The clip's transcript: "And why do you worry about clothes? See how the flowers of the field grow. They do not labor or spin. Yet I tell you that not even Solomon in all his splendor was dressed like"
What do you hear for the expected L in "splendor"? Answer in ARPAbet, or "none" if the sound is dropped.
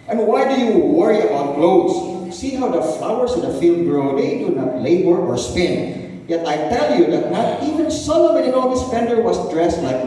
none